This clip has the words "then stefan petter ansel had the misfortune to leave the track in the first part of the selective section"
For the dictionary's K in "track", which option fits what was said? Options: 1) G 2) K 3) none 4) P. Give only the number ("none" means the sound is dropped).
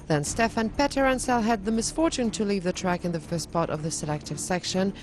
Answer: 2